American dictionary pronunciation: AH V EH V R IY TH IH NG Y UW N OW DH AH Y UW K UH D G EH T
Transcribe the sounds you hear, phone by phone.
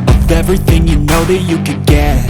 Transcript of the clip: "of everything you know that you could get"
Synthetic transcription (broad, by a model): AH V EH V R IY TH IH NG Y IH N OW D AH Y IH K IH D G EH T